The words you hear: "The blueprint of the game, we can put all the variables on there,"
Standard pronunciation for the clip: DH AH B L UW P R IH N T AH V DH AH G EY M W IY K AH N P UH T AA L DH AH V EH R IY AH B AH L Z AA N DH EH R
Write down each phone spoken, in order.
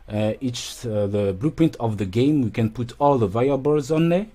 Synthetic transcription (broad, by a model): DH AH B L UW P R IH N T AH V DH AH G EY M W IY K AH N P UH T AA L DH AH V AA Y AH B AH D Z AA N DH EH